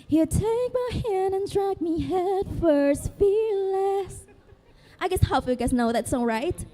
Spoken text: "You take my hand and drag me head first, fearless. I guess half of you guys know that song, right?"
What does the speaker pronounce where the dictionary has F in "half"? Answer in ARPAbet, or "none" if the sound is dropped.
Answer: none